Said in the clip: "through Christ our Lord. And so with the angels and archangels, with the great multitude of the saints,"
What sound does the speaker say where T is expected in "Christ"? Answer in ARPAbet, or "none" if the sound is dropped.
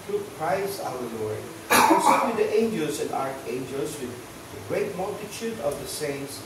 none